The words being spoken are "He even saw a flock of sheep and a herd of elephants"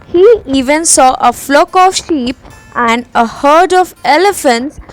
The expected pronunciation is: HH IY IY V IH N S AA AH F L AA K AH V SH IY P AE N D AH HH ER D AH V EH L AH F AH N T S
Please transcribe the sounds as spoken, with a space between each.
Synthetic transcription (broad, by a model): HH IY IY V IH N S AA AH F L AA K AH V SH IY P AE N D AH HH ER D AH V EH L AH F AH N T S